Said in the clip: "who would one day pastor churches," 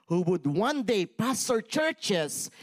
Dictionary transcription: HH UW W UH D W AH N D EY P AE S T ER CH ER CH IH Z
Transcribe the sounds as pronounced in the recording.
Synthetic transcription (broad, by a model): HH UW W UH D W AH N D EY P AE S T ER CH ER CH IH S